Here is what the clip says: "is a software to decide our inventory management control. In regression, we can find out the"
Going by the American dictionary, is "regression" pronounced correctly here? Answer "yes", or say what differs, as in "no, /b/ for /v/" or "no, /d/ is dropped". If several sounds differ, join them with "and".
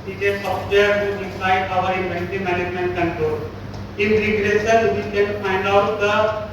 no, /s/ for /ʃ/